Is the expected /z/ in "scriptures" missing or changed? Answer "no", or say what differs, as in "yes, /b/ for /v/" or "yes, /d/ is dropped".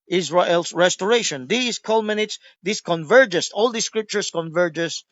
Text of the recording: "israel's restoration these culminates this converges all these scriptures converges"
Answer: yes, /s/ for /z/